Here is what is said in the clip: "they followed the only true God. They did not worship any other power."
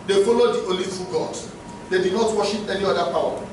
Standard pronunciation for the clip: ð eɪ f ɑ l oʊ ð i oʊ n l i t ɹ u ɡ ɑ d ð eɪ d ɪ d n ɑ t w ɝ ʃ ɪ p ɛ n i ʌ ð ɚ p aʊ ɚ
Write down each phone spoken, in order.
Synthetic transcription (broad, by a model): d eɪ f ɑ l oʊ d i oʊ l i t u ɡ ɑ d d eɪ d ɪ d n ɑ t w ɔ ʃ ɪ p ɛ n i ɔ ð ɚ p aʊ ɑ